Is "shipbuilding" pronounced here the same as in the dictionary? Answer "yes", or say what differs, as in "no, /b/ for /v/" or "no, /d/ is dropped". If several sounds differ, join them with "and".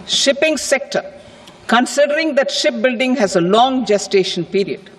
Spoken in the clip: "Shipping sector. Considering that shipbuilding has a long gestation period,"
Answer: yes